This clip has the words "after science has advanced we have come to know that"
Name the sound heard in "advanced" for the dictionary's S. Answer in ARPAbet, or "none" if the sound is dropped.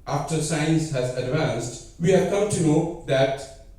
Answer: S